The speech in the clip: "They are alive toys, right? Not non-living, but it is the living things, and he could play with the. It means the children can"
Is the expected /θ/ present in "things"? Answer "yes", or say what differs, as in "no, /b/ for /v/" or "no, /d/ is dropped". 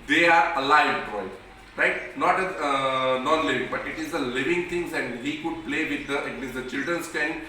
no, /t/ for /θ/